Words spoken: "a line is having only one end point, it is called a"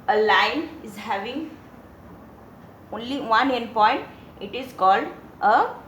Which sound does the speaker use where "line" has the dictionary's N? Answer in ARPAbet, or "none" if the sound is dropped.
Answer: N